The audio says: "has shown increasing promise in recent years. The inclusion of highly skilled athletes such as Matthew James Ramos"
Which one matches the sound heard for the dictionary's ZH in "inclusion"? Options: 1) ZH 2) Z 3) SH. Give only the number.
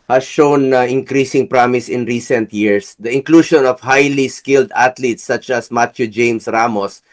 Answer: 3